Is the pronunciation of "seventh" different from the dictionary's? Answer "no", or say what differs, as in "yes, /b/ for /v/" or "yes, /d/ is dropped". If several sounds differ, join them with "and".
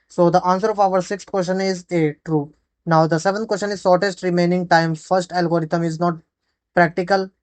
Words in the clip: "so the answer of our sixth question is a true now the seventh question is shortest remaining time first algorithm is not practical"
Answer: yes, /t/ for /θ/